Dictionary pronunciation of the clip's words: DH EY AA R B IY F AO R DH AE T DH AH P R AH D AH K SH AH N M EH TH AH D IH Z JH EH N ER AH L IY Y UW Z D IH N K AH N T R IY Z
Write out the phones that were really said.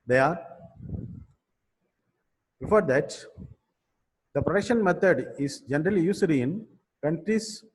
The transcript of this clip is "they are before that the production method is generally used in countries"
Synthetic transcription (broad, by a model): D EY AA R B IY F AO R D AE T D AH P R AH D AH K SH AH N M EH T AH D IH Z JH EH N ER AH L IY Y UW S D IH N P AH N T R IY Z